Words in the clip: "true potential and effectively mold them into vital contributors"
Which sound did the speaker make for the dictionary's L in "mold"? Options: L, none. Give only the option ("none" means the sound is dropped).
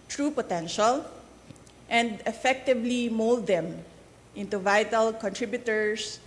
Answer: L